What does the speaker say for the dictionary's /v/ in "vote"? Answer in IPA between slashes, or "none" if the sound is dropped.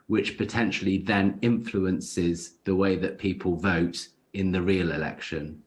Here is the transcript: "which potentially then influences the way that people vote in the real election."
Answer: /v/